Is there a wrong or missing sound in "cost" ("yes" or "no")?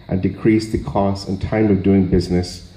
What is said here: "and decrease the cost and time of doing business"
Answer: yes